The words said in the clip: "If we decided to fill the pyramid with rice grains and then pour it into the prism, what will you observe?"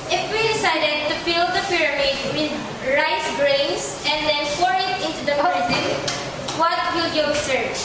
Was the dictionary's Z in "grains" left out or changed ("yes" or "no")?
yes